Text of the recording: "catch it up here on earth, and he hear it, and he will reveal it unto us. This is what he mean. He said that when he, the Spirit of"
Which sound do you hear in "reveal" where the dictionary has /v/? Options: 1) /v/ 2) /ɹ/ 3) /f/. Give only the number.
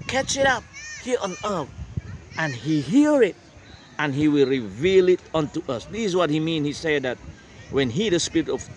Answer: 1